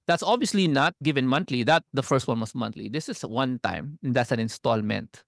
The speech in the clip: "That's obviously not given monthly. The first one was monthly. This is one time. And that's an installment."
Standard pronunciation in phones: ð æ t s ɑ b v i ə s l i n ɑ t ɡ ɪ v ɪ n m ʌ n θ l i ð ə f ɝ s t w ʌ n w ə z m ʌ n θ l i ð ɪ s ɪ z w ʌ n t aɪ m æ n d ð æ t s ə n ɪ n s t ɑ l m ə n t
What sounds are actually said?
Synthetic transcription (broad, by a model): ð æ t s ɑ b v i ə s l i n ɑ t ɡ ɪ v ɪ n m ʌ n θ l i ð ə f ɝ s t w ʌ n w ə s m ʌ n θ l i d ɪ s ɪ s w ʌ n t aɪ m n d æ t s ə n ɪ n s t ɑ l m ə n t